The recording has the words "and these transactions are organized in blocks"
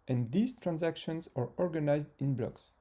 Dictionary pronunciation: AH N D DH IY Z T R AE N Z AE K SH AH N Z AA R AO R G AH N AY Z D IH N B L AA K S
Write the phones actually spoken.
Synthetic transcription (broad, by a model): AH N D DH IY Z T R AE N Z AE K SH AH N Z AA R AO R G AH N AY Z D IH N B L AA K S